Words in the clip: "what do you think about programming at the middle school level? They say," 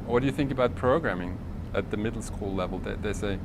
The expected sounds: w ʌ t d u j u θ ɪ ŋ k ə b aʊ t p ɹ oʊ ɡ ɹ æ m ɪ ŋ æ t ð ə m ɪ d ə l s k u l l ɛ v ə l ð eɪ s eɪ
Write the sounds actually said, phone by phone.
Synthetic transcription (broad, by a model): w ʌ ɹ d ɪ j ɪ θ ɪ ŋ k ə b aʊ t p ɹ oʊ ɡ ɹ æ m ɪ ŋ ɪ t ð ə m ɪ d l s k u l l ɛ v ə l ð eɪ s eɪ